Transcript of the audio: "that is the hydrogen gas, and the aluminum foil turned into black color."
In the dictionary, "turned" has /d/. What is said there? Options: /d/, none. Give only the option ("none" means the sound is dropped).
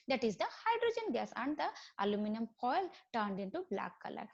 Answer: /d/